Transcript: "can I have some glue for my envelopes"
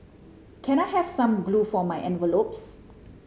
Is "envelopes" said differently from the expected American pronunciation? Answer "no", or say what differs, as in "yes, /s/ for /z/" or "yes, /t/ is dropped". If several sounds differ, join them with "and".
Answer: no